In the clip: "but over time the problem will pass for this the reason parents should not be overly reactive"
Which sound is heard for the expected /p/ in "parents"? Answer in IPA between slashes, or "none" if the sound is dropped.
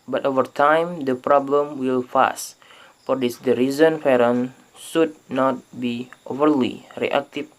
/f/